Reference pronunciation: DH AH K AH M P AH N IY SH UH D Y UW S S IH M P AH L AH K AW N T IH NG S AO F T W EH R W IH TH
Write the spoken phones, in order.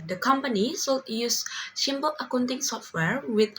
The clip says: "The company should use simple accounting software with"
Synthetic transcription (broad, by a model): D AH K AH M P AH N IY S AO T Y UW S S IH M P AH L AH K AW N T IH NG S AO F T W EH R W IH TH